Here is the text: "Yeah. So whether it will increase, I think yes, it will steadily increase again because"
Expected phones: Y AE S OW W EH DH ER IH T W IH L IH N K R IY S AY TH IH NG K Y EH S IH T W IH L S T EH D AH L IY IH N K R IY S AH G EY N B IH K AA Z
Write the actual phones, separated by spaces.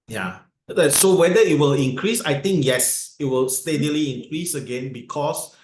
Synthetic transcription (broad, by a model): Y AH S OW W EH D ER IH T W IH L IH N K R IY S AY T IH NG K Y EH S IH T W IH L S T EH D AH L IY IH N K R IY S AH G EY N B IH K AA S